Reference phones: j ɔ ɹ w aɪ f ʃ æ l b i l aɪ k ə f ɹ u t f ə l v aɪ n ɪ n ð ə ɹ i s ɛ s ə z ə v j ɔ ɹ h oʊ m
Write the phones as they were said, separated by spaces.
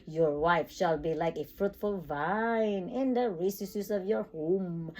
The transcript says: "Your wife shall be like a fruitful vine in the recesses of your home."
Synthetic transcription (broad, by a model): j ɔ ɹ w aɪ f ʃ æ l b i l aɪ k ə f ɹ u t f ə l v aɪ n ɪ n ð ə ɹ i s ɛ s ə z ə v j ɔ ɹ h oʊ m